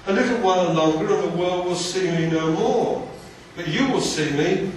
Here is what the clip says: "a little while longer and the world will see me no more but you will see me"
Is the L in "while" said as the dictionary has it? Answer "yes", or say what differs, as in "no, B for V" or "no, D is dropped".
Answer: no, N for L